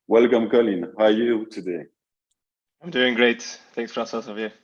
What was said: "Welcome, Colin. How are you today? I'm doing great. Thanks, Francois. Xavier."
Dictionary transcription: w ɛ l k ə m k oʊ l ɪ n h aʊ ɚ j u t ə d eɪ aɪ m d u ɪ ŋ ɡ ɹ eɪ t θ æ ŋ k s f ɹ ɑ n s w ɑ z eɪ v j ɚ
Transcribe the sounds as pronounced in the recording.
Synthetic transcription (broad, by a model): w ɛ l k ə m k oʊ l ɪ n h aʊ j u t ə d eɪ aɪ m d u ɪ ŋ ɡ ɹ eɪ t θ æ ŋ k s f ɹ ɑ s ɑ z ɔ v j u